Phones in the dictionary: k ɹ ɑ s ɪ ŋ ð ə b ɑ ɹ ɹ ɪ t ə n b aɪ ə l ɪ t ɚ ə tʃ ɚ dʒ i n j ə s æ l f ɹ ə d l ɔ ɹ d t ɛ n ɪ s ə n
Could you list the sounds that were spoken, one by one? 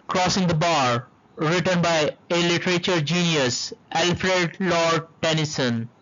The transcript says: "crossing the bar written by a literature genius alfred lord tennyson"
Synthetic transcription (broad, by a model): k ɹ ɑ s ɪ ŋ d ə b ɑ ɹ ɹ ɪ t ə n b aɪ ə l ɪ t ɚ ə tʃ ɚ dʒ i n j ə s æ l f ɹ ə d l ɔ ɹ d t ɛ n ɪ s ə n